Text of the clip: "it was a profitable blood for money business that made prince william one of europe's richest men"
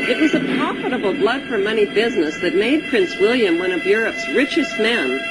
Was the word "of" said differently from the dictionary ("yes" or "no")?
no